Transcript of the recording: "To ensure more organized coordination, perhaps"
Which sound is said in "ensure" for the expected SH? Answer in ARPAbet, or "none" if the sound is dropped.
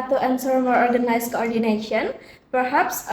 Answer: S